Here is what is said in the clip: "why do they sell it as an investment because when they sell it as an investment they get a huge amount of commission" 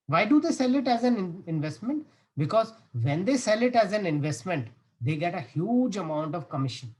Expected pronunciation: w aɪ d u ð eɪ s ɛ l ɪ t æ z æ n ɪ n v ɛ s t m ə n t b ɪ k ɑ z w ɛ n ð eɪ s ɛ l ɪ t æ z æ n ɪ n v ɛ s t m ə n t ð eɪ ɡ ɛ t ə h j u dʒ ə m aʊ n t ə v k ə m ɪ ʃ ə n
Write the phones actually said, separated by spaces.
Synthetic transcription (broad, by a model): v aɪ d u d eɪ s ɛ l ɪ t æ z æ n ɪ n v ɛ s t m ə n t b ɪ k ɑ z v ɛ n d eɪ s ɛ l ɪ t æ z æ n ɪ n v ɛ s t m ə n t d eɪ ɡ ɛ t ə h j u dʒ ə m aʊ n t ə v k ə m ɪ ʃ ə n